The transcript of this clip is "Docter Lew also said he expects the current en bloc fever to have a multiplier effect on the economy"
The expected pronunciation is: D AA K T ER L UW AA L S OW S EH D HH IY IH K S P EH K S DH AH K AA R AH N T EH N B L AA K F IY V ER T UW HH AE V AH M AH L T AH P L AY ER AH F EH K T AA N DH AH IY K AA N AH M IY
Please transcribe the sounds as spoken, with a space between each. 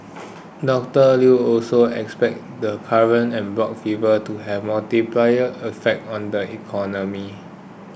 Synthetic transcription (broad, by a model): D AA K T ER L UW AA L S OW EH K S P EH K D AH K AA R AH N EH N B L AA K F IY V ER T UW HH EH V M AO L T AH P L AY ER AH F EH K T AA N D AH IY K AA N AH M IY